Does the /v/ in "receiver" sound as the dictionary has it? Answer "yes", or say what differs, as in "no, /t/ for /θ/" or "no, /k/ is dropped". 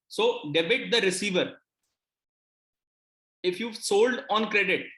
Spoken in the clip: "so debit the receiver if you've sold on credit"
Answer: yes